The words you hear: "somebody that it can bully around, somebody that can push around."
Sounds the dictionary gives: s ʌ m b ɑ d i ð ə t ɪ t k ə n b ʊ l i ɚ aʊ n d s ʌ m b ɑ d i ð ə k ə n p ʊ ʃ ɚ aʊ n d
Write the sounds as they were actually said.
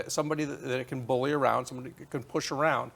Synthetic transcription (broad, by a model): s ʌ m b ɑ d i ð ə t ɪ t k ə n b ʊ l i ɚ aʊ n d s ʌ m b ɑ d i k ə n p ʊ ʃ ɚ aʊ n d